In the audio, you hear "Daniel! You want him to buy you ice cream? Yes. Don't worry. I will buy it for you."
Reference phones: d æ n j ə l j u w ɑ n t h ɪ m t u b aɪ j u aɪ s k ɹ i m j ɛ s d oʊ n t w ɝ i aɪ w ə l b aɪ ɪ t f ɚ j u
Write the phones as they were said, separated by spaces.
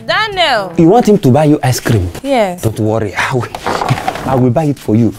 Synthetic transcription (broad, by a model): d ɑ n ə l j u w ɑ n t h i m t u b aɪ j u aɪ s k ɹ i m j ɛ d oʊ n t w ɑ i aɪ w ə l b aɪ ɪ t f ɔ j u